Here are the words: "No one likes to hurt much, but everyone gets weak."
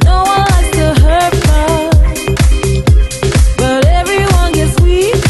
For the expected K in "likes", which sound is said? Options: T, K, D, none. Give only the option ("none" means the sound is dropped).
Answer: none